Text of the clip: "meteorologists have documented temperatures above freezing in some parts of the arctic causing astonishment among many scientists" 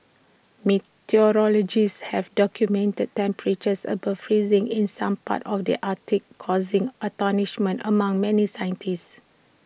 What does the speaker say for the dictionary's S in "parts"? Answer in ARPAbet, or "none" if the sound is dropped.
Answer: none